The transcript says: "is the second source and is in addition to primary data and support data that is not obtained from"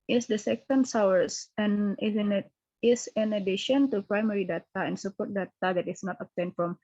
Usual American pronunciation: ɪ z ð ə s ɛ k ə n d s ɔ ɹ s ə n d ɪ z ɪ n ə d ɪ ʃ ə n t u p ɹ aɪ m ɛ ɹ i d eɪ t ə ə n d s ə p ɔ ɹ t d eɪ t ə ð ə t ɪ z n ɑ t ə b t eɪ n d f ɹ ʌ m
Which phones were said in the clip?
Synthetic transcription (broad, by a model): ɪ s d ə s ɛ k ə n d s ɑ w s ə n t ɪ s ɪ n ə d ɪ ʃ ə n t u p ɹ aɪ m ɛ ɹ i d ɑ t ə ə n s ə p ɔ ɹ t d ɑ t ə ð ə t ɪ s n ɑ t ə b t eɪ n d f ɹ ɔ m